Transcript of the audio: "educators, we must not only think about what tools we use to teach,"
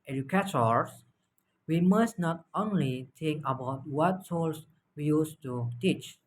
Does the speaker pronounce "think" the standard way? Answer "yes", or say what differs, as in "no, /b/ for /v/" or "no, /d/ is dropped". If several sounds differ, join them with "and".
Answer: no, /t/ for /θ/